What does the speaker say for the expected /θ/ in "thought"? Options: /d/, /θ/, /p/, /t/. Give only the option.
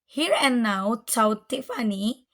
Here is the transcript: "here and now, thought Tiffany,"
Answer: /t/